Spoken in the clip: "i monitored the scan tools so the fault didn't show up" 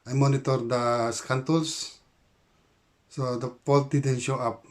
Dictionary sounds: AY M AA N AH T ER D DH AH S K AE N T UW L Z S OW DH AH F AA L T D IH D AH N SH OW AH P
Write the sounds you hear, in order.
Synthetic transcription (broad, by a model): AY M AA N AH T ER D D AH S K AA N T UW L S S OW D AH P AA L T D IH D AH N SH OW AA P